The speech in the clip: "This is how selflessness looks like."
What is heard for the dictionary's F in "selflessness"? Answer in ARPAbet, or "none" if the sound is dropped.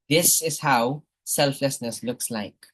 F